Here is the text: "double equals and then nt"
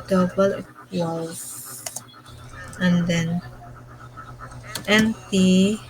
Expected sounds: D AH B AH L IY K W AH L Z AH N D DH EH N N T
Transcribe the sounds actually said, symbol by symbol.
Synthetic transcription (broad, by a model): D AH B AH L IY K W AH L AH N D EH N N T